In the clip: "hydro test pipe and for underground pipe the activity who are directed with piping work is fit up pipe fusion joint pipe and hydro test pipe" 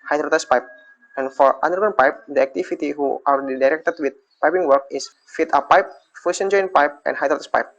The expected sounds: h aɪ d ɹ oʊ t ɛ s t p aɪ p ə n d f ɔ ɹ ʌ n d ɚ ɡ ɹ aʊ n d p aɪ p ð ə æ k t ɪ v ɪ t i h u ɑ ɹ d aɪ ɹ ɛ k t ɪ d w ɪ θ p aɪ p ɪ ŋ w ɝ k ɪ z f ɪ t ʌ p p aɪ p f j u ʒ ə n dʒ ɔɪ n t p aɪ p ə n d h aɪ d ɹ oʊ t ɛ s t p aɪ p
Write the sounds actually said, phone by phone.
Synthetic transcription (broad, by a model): h aɪ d ɹ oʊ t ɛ s p aɪ p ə n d f ɔ ɹ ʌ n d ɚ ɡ aʊ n p aɪ p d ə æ k t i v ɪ t i h u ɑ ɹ d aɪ ɹ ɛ k t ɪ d w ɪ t p aɪ p ɪ ŋ w ɝ k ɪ s f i t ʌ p p aɪ p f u s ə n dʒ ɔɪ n p aɪ p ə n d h aɪ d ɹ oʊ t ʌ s p aɪ p